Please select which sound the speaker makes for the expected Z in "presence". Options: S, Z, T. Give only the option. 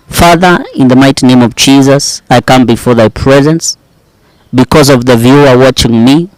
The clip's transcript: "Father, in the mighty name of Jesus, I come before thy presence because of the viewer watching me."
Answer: Z